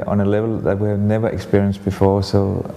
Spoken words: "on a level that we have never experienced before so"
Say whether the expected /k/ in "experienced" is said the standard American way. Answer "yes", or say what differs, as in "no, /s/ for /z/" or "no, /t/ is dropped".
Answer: yes